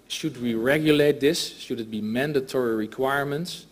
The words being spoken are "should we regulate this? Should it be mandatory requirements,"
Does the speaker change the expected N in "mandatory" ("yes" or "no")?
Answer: no